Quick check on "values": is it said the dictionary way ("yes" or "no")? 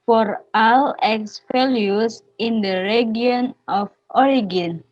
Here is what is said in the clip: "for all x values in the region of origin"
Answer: no